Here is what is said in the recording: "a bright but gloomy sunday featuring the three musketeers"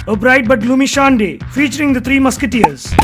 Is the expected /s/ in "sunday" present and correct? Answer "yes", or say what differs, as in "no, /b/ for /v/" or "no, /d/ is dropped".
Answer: no, /ʃ/ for /s/